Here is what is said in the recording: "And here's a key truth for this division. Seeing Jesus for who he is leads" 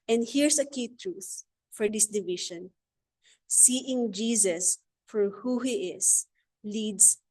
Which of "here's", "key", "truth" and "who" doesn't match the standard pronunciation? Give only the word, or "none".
here's